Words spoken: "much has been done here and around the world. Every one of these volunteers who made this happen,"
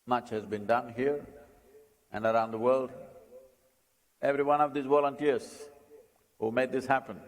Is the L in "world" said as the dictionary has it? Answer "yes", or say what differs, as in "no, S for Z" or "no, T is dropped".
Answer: yes